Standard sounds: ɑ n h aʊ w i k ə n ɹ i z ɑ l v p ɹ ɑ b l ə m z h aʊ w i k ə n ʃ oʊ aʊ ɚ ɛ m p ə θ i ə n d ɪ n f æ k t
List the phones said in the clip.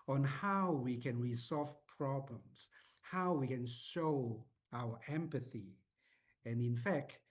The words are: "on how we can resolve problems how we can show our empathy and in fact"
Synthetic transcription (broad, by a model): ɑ n h aʊ w i k ə n ɹ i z ɑ l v p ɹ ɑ b l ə m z h aʊ w i k ə n ʃ oʊ aʊ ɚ ɛ m p ə θ i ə n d ɪ n f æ k t